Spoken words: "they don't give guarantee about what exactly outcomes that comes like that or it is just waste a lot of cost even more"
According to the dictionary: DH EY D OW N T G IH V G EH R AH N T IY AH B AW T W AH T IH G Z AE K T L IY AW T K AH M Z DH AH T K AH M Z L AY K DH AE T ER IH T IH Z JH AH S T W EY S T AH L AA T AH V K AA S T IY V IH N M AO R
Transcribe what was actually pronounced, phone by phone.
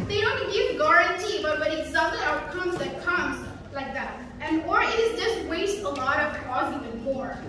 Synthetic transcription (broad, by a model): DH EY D OW N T G IH V G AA R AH N T IY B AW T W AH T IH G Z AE T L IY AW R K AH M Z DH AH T K AH M Z L AY K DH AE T ER IH T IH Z JH AH S T W EY S T AH L AA T AH V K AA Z IY V IH N M AO R